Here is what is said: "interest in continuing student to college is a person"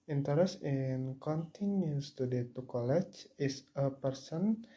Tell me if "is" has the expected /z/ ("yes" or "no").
no